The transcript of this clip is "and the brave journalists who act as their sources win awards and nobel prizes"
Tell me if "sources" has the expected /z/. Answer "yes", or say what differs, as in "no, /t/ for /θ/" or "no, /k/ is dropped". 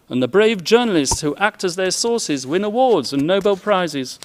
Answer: yes